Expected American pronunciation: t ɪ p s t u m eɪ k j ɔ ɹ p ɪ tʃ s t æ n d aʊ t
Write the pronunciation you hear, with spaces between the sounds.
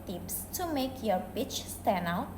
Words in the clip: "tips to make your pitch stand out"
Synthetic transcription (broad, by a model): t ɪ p s t u m eɪ k j ɔ ɹ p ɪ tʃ s t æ n aʊ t